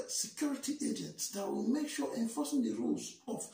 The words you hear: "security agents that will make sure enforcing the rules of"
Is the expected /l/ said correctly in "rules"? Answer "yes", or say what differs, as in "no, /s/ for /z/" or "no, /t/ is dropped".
yes